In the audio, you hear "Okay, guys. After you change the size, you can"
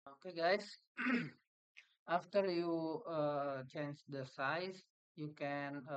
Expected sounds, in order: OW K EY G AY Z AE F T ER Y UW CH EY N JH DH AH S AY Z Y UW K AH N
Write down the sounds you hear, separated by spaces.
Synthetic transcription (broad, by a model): OW K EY G AY S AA F T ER Y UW CH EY N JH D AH S AY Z Y UW K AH N